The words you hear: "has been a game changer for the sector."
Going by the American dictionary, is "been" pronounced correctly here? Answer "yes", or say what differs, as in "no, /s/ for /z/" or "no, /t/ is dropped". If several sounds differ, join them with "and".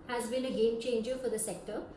no, /l/ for /n/